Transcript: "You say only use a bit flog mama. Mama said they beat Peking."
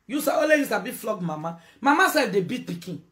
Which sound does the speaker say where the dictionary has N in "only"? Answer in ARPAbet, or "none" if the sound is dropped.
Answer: none